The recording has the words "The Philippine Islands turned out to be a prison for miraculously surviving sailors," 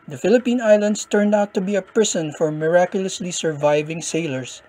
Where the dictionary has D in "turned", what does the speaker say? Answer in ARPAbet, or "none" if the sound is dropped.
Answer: D